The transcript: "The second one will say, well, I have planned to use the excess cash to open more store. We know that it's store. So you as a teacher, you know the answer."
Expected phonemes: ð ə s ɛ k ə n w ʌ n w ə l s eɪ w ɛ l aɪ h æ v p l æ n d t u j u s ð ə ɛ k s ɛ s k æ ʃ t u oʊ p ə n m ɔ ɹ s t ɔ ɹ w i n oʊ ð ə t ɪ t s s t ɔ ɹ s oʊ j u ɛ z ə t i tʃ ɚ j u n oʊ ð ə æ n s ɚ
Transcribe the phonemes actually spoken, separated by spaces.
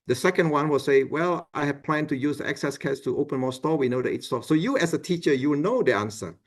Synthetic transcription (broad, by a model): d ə s ɛ k ə n w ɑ n w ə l s eɪ w ɛ l aɪ h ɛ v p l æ n t u j u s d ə ɛ k s ɛ s k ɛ s t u oʊ p ə n m ɔ s t ɔ w i n oʊ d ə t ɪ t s s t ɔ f s oʊ j u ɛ s ə t i tʃ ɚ j u n oʊ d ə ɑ n s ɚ